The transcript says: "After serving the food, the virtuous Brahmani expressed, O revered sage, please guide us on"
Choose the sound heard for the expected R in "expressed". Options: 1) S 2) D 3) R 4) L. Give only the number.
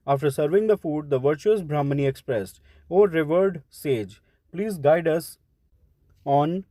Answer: 3